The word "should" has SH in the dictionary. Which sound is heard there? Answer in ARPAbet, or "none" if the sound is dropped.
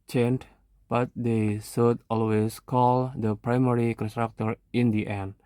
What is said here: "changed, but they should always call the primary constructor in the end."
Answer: S